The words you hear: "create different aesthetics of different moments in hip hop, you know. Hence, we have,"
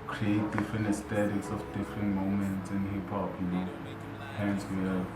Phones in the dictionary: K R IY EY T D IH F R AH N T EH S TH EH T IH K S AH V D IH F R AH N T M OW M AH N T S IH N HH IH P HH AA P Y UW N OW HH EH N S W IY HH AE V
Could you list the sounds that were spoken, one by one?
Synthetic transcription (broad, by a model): K R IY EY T D IH F R AH N T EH S T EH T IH K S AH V D IH F R AH N T M OW M AH N T S IH N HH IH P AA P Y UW L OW HH EH N S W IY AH